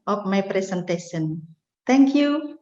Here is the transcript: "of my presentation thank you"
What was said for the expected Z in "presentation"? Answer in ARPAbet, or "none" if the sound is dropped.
S